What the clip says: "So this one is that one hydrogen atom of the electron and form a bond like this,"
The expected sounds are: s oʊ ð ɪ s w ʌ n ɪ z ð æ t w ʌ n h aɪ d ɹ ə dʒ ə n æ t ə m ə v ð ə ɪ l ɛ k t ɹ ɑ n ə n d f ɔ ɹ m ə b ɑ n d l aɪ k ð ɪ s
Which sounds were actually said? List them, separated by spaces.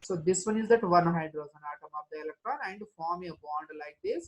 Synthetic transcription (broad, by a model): s oʊ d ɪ s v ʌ n ɪ z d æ t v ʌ n h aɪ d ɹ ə z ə n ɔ t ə m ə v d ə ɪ l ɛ k t ɹ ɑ n ə n d f ɔ ɹ m ə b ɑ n d l aɪ k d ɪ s